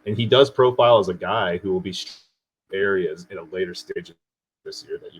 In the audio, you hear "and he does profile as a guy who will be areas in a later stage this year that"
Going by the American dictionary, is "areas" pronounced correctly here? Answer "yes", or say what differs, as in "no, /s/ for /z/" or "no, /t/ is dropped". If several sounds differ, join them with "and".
yes